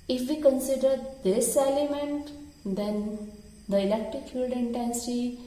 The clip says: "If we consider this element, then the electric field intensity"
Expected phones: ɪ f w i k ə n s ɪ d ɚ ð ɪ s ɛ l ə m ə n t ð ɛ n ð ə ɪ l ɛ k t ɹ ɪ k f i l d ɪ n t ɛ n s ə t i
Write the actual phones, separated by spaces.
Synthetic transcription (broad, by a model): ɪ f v i k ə n s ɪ d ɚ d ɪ s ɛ l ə m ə n t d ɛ n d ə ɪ l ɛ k t ɪ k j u d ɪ n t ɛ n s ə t i